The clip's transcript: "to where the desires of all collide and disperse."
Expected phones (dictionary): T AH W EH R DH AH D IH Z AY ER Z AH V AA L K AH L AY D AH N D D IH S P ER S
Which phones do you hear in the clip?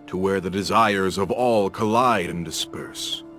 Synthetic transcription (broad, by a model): T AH W EH R DH AH D IH Z AY ER Z AH V AA L K AH L AY D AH N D D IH S P ER S